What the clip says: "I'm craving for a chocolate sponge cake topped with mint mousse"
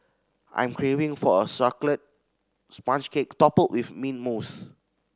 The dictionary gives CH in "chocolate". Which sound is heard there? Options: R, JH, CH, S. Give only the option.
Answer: S